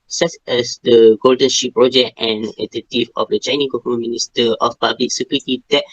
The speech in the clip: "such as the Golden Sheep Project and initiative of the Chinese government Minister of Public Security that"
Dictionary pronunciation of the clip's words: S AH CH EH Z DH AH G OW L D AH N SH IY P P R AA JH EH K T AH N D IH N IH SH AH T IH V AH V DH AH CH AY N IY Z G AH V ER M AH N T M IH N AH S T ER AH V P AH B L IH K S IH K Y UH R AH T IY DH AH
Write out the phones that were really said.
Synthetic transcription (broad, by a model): S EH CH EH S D AH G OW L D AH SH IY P P R AA JH EH K T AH N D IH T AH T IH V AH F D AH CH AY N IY G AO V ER M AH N M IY N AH S T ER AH F P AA B L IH K S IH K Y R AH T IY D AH